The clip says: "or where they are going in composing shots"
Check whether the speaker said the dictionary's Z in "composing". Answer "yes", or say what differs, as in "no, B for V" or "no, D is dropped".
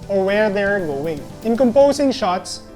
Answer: no, S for Z